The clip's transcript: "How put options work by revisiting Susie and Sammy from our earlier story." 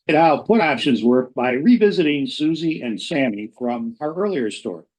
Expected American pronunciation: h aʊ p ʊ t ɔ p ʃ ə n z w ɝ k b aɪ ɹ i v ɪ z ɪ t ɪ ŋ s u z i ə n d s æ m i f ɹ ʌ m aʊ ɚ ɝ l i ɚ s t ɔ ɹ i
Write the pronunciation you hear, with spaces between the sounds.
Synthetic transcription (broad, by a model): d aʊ p ʊ t ɔ p ʃ ə n z w ɝ k b aɪ ɹ i v ɪ z ɪ t ɪ ŋ s u z i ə n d s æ m i f ɹ ʌ m aʊ ɚ ɝ l i ɚ s t ɔ ɹ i